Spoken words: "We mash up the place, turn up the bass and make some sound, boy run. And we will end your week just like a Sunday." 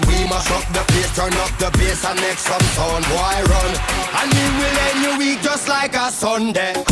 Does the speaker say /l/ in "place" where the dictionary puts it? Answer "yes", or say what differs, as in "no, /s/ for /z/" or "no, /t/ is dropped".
no, /l/ is dropped